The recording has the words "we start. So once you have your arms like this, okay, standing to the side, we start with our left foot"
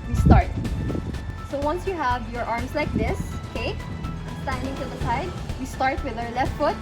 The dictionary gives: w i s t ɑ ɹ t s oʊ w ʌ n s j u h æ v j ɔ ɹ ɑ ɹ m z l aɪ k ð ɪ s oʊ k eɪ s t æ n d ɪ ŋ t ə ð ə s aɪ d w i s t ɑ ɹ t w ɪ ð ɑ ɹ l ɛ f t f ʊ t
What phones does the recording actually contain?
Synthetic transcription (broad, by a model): w i s t ɑ ɹ t s oʊ w ʌ n s j u h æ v j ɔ ɹ ɑ ɹ m s l aɪ k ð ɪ s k eɪ s t æ n d ɪ ŋ t ə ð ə s aɪ d w i s t ɑ ɹ t w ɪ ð ɑ ɹ l ɛ f t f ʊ t